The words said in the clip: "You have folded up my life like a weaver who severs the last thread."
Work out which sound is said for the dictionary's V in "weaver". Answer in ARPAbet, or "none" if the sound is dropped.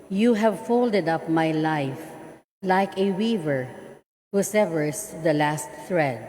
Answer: V